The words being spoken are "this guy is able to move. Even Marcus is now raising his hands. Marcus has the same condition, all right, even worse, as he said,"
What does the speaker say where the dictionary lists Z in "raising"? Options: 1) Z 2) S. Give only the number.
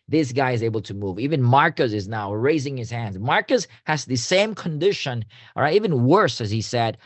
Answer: 1